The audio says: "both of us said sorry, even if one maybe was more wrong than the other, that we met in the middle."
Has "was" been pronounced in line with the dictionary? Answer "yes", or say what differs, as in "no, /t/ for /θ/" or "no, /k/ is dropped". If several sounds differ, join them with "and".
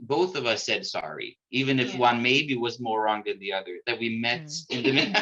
yes